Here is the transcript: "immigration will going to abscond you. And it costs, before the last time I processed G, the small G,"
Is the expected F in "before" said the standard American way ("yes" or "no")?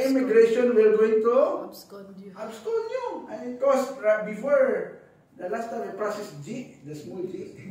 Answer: yes